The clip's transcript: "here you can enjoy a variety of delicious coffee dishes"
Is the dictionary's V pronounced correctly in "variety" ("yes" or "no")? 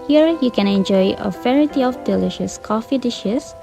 no